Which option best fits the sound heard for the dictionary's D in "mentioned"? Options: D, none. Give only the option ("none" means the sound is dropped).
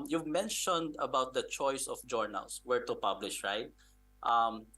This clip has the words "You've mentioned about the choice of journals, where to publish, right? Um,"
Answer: D